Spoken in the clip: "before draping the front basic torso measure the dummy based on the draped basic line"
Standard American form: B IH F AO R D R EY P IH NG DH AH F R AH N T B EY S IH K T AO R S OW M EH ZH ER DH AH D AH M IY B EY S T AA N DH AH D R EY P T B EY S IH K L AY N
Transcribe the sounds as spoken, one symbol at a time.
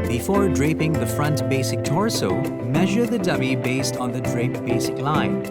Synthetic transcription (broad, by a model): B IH F AO R D R EY P IH NG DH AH F R AH N T B EY S IH K T AO R S OW M EH ZH ER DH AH D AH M IY B EY S T N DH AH D R EY P B EY S IH K L AY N